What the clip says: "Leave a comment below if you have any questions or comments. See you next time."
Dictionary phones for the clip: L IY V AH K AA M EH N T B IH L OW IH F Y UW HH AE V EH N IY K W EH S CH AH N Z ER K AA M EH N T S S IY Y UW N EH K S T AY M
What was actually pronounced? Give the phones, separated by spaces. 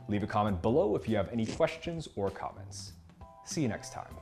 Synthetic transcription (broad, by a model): L IY V AH K AA M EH N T B IH L OW IH F Y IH V EH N IY K W EH S CH AH N Z ER K AA M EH N T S S IY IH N EH K S T AY M